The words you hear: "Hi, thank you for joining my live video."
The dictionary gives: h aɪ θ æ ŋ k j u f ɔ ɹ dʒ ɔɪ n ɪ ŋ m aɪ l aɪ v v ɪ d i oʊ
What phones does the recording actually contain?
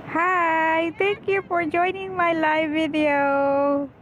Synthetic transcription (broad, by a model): h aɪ t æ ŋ k j u f ɔ ɹ dʒ ɔɪ n ɪ ŋ m aɪ l aɪ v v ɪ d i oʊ